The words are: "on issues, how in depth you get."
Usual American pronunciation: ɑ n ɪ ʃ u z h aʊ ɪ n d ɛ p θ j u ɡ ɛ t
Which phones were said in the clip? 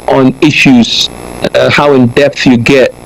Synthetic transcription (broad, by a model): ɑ n ɪ ʃ u z h aʊ ɪ n d ɛ p θ j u ɡ ɛ t